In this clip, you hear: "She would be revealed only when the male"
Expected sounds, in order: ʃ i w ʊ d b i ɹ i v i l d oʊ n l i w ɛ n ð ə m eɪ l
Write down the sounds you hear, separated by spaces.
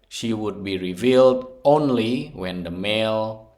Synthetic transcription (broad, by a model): ʃ i w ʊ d b i ɹ i v i l d oʊ n l i w ɛ n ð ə m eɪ l